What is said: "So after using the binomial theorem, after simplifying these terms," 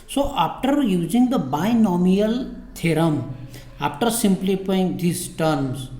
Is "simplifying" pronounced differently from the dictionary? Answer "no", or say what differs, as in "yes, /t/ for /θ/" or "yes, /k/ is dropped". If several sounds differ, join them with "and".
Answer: yes, /p/ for /f/